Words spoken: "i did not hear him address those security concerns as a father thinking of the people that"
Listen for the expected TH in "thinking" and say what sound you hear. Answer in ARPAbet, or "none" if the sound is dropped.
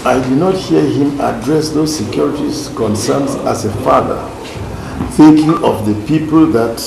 TH